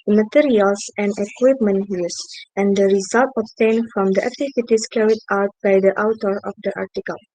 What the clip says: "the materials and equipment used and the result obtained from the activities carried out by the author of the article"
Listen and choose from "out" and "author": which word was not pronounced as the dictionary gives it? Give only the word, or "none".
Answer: author